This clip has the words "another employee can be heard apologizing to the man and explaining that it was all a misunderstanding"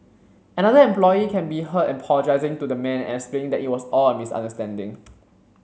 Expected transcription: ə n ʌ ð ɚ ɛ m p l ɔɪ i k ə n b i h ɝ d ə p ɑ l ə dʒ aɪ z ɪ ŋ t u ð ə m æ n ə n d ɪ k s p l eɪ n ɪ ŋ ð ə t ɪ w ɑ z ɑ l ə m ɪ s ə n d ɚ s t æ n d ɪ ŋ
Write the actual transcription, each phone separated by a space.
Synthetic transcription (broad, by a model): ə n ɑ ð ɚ ɛ m p l ɔɪ i k ə n b i h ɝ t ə p ɑ l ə dʒ aɪ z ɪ ŋ t u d ə m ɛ n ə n s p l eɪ ɪ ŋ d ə t ɪ w ɑ s ɑ l ə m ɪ s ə n d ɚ s t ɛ n d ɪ ŋ